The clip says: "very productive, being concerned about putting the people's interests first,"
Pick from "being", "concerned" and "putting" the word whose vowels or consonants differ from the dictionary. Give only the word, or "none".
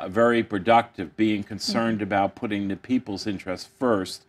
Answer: none